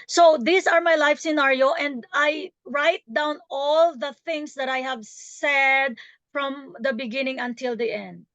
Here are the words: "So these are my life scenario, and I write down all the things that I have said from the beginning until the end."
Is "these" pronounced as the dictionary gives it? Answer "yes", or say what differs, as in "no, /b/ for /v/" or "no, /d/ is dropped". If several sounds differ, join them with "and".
no, /s/ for /z/